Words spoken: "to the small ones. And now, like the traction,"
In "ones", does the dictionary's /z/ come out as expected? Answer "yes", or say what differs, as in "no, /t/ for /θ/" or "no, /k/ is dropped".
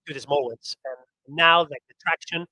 no, /s/ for /z/